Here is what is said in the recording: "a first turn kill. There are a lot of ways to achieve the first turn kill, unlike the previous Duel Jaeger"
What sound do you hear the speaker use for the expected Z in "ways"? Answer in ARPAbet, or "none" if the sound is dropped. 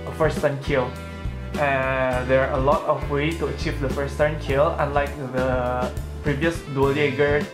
none